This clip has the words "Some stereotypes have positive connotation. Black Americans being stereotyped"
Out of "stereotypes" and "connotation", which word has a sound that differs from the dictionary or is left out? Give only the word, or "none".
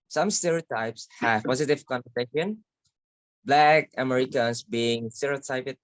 connotation